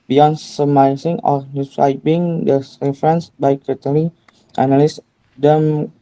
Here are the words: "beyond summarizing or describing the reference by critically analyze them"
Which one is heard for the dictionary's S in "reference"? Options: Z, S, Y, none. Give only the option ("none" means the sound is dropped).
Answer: S